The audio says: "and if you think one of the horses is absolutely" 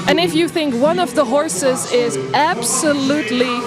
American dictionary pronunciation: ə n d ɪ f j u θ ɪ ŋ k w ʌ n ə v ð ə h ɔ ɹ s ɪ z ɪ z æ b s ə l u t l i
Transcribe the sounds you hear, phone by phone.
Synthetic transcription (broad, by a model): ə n ɪ f j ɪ θ ɪ ŋ k w ʌ n ə v ð ə h ɔ ɹ s ɪ z ɪ z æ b s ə l u t l i